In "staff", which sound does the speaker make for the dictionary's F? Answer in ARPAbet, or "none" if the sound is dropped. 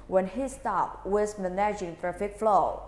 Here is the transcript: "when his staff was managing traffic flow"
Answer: P